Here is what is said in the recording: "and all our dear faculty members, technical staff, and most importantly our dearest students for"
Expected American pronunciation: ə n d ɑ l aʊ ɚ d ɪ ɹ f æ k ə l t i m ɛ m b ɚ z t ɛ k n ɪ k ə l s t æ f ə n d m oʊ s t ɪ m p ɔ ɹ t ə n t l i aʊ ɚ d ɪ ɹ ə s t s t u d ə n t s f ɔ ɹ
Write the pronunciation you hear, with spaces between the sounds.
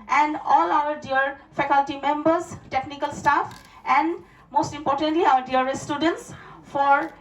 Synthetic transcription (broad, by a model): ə n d ɑ l aʊ ɚ d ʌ ɹ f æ k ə l t i m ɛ m b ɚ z t ɛ k n ɪ k ə l s t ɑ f ə n d m oʊ s t ɪ m p ɔ ɹ t ə n t l i aʊ ɚ d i ə t s t u d ə n t s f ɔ ɹ